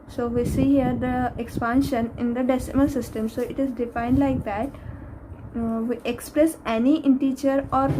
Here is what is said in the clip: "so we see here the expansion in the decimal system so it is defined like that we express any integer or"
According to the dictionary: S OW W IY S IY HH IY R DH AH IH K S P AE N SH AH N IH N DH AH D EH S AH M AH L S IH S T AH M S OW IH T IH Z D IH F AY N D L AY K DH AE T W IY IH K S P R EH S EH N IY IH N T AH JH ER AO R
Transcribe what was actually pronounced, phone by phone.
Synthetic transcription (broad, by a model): S OW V IY S IY HH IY R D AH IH K S P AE N SH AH N IH N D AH D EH S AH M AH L S IH S T AH M S OW IH T IH Z D IH F AY N D L AY K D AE T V IY IH K S P R EH S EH N IY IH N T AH CH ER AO R